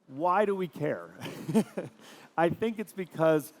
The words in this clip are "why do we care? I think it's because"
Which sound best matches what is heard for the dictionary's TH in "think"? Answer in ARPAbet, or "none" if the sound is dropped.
TH